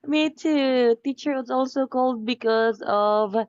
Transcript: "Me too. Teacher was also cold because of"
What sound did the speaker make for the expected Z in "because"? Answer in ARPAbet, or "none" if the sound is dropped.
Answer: Z